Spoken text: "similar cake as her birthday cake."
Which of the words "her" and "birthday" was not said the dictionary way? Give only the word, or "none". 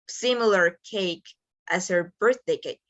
none